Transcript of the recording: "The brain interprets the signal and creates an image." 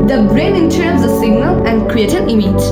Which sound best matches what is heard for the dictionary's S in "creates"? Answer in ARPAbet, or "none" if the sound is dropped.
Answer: none